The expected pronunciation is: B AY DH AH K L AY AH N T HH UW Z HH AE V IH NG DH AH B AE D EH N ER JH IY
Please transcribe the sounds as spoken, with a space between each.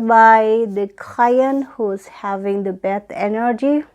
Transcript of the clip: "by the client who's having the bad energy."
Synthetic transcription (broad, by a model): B AY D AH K AY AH N HH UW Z HH AE V IH NG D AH B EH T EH N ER JH IY